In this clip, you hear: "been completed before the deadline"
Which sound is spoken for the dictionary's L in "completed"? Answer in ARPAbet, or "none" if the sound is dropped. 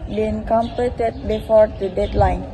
none